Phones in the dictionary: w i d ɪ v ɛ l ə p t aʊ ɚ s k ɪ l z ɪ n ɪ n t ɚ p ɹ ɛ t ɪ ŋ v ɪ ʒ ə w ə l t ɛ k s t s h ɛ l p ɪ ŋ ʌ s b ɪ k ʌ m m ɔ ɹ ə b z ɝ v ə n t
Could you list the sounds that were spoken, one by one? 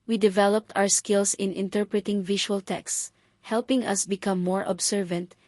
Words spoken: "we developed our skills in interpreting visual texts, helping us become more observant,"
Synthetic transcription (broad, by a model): w i d ɪ v ɛ l ə p t aʊ ɚ s k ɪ l s ɪ n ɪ n t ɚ p ɹ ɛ t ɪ ŋ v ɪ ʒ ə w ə l t ɛ k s s h ɛ l p ɪ ŋ ʌ s b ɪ k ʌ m m ɔ ɹ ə b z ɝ v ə n t